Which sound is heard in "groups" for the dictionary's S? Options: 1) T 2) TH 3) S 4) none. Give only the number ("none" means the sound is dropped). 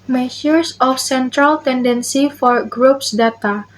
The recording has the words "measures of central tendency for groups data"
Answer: 3